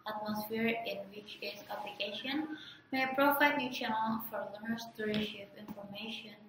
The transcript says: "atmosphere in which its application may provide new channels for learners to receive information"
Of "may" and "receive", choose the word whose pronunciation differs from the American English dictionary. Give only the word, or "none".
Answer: receive